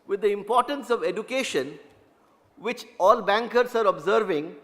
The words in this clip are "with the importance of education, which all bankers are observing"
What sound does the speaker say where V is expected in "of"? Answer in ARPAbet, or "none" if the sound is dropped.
V